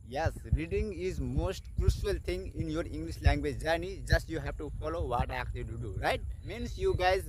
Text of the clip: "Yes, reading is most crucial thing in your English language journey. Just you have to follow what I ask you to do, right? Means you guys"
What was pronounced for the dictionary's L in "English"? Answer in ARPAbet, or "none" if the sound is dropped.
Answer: L